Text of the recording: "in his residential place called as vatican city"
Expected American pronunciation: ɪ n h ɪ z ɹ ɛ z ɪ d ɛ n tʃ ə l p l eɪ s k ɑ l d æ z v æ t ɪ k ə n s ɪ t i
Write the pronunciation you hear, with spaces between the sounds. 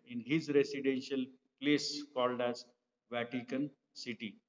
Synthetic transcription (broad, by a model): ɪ n h ɪ z ɹ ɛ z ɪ d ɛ n ʃ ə l p l eɪ s k ɑ l d æ z v æ t ɪ k ə n s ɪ t i